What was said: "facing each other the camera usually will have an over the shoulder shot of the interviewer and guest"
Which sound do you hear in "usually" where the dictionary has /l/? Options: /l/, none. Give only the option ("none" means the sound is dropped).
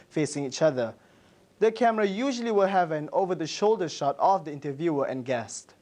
/l/